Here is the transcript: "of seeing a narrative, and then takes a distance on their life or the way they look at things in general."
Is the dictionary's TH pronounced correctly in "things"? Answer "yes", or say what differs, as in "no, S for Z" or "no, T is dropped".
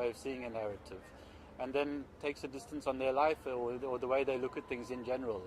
yes